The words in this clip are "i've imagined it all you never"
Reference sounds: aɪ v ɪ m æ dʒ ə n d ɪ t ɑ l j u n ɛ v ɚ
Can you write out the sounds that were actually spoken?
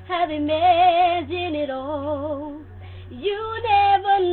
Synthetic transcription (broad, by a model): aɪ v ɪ m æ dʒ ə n ɪ t ɑ l j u n ɛ v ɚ